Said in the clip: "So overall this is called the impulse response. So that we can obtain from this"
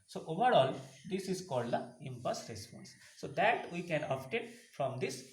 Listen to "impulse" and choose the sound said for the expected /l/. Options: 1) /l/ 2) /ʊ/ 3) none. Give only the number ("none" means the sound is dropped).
3